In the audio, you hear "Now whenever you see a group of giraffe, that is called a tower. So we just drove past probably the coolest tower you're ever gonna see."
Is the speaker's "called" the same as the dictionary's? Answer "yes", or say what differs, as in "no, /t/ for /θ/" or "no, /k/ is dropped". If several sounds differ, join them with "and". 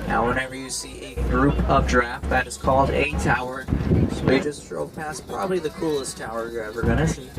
yes